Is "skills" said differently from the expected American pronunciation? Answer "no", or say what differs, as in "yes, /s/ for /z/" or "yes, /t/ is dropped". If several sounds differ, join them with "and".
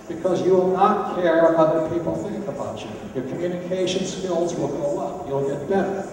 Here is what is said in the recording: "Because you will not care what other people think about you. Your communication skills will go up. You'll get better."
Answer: no